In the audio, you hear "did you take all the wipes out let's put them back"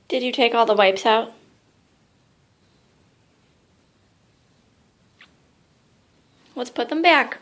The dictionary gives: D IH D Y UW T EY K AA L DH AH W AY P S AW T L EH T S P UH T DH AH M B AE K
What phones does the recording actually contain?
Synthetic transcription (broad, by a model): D IH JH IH T EY K AA L DH AH W AY P S AW T W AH T S P UH T DH AH M B AE K